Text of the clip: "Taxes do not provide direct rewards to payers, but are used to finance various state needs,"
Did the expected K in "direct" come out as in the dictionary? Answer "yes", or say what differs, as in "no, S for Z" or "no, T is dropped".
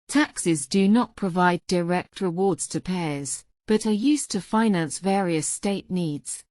yes